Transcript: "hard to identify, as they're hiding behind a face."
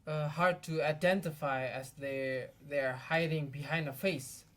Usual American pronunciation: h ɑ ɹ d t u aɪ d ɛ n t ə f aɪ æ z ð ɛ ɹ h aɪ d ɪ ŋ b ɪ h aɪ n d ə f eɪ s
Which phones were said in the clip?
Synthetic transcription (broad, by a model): h ɑ ɹ d t u aɪ d ɛ n t ə f aɪ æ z ð ɛ ɹ h aɪ d ɪ ŋ b ɪ h aɪ n d ə f eɪ s